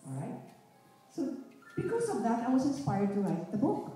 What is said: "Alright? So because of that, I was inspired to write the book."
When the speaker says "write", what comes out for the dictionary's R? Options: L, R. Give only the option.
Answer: L